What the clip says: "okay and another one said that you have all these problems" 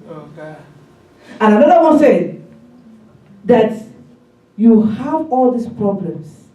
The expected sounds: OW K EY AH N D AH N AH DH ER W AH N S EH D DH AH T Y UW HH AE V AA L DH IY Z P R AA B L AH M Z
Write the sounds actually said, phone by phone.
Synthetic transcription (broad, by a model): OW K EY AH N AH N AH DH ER W AH N S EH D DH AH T Y UW HH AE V AA L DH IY S P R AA B L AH M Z